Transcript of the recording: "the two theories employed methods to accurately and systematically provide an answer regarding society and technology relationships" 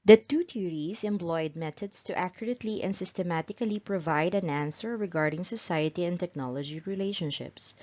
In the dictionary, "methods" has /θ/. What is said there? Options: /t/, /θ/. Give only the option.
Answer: /t/